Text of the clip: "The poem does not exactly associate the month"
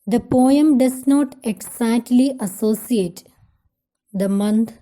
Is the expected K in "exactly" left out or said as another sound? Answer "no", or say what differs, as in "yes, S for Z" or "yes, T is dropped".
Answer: yes, K is dropped